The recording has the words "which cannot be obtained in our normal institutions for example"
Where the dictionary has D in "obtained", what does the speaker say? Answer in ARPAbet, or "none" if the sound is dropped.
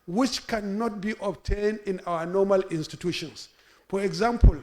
D